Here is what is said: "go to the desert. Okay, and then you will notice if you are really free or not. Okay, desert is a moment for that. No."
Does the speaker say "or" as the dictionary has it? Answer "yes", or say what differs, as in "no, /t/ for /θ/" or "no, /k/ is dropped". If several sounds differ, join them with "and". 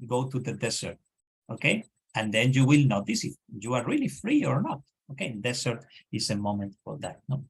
yes